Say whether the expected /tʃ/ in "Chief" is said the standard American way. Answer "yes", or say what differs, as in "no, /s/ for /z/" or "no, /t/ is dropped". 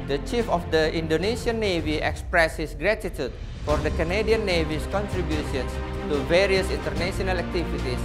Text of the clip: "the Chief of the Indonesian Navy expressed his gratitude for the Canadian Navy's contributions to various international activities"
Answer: yes